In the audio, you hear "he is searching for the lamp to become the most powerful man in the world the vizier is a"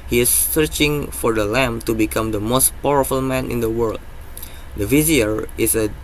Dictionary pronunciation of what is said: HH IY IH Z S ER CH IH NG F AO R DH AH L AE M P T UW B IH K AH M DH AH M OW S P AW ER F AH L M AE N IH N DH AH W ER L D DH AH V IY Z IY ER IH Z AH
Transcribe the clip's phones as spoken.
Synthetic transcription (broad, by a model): HH IY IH S ER CH IH NG F AO R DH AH L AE M T UW B IH K AH M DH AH M OW S P AW ER F AH L M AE N IH N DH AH W ER L D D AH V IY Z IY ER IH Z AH